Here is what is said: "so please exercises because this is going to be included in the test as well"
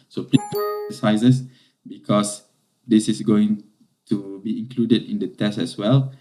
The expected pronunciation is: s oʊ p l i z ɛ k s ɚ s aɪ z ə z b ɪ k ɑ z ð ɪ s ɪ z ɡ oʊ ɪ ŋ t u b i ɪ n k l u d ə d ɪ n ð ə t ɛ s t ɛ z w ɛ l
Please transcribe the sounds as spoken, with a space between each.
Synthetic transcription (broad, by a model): s oʊ p l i ʌ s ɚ s aɪ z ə s b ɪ k ɑ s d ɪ s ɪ s ɡ oʊ ɪ ŋ t u b i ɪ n k l u d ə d ɪ n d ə t ɛ s t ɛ s w ɛ l